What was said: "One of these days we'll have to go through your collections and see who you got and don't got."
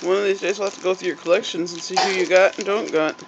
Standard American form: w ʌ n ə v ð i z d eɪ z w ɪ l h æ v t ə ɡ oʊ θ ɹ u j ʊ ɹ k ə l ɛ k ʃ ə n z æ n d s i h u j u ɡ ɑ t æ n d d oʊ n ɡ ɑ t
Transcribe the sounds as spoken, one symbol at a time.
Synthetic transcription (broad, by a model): w ʌ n ə v ð i z d eɪ z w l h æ f t ə ɡ oʊ θ ɹ u j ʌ ɹ k ə l ɛ k ʃ ə n z n s i h u j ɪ ɡ ɑ t n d d oʊ n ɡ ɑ t